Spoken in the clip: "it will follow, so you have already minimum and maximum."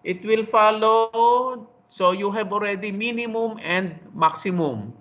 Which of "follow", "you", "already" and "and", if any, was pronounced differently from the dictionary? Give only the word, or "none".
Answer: none